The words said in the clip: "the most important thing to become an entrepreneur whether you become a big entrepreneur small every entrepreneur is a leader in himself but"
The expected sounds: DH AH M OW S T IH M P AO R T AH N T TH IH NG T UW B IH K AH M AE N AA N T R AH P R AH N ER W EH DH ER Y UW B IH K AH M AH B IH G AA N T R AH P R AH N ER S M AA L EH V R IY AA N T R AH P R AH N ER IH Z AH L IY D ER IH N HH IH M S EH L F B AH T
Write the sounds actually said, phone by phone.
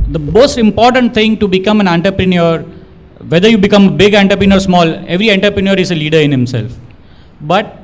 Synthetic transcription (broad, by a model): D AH M OW S T IH M P AO R T AH N T T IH NG T UW B IH K AH M AE N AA N T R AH P R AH N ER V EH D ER Y UW B IH K AH M AH B IH G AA N T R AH P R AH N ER S M AA L EH V R IY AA N T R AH P R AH N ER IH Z AH L IY D ER IH N HH IH M S EH L F B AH T